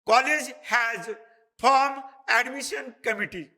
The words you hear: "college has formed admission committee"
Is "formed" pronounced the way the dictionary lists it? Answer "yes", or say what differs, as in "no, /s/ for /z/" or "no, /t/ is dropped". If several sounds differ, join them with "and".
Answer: no, /d/ is dropped